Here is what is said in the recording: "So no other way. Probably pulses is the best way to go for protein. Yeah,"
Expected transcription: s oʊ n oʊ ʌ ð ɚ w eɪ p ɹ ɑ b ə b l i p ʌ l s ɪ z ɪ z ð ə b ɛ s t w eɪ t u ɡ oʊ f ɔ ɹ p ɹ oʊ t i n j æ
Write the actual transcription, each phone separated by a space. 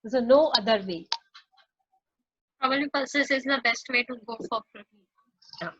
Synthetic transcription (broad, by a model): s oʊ n oʊ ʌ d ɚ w eɪ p ɹ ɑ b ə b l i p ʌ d s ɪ s ɪ z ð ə b ɛ s t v eɪ t u ɡ oʊ f ɔ ɹ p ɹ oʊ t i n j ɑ